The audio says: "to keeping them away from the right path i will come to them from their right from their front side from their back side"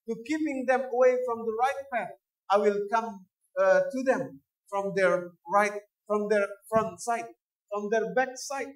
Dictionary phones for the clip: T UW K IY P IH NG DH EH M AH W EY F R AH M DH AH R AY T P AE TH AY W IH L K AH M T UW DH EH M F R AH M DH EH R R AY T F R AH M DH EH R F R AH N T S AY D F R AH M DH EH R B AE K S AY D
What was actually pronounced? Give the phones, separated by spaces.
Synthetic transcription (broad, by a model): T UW K IY P IH NG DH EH M AH W EY F R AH M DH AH R AY T P AE TH AY W IH L K AH M T UW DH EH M F R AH M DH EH R R AY T F R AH M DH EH R F R AH N T S AY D F R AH M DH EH R B AE K S AY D